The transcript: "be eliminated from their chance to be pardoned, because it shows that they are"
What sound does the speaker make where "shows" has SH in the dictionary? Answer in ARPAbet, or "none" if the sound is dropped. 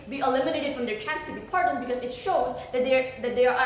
SH